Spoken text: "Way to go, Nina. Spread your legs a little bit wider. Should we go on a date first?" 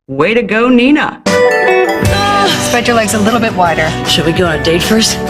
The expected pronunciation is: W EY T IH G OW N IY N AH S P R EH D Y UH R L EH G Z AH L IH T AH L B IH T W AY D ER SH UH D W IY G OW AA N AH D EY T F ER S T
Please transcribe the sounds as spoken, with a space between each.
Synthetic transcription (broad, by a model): W EY T IH G OW N IY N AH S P EH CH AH R L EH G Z AH L IH T L B IH T W AY D ER SH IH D W IY G OW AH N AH D EY T F ER S T